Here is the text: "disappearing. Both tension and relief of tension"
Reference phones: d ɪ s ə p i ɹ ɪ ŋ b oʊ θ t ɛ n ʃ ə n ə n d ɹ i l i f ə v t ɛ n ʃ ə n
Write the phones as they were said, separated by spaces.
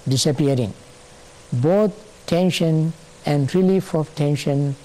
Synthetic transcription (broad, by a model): d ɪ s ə p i ɹ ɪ ŋ b oʊ t t ɛ n ʃ ə n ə n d ɹ i l i f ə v t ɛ n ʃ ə n